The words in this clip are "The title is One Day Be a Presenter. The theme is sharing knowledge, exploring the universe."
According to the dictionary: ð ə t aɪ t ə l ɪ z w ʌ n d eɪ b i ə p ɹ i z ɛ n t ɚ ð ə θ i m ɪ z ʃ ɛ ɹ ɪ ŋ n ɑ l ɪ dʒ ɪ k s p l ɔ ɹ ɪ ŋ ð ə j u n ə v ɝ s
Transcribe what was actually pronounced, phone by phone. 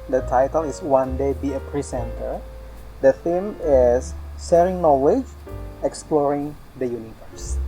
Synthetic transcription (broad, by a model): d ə t aɪ t ə l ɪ s w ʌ n d eɪ b i ə p ɹ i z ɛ n t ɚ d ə θ i m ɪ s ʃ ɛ ɹ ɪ ŋ n ɑ l ɪ dʒ ɪ k s p l ɔ ɹ ɪ ŋ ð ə j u n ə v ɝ s